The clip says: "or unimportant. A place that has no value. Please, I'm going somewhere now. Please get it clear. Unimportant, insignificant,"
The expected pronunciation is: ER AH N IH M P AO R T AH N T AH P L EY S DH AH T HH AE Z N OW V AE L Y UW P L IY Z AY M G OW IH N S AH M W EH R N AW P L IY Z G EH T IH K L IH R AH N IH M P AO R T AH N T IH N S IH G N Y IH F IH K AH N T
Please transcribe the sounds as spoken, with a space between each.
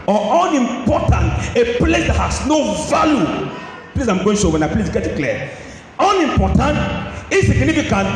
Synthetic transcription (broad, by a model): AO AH N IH M P AO T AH N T AH P L EY S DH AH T HH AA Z N OW V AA L Y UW P L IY S AY M G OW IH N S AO W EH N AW P L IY S G EH T IH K L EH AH N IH M P AO T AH N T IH S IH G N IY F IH K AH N